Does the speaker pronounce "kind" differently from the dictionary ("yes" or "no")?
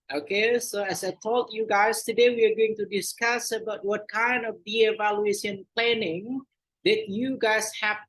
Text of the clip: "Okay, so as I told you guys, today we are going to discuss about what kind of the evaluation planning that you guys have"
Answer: no